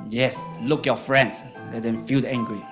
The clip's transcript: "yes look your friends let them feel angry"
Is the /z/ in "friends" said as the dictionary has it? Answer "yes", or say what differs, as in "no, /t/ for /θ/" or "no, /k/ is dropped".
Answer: no, /s/ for /z/